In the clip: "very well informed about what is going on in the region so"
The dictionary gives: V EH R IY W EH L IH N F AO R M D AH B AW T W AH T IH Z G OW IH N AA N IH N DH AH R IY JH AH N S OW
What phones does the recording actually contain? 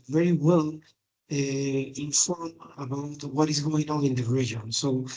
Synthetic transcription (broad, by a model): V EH R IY W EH L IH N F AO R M AH B AW T W AH T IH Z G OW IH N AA IH N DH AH R IY JH AH N S OW